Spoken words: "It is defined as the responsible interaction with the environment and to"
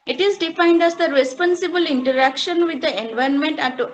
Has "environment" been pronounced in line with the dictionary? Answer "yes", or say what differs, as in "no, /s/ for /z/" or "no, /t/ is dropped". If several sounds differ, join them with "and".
no, /ɹ/ is dropped